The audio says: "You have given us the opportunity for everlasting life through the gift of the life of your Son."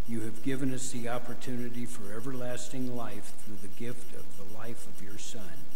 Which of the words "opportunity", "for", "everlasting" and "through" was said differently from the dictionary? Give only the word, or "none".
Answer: none